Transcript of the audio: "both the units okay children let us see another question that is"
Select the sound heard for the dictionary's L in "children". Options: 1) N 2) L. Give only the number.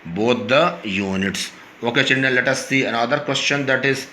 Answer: 1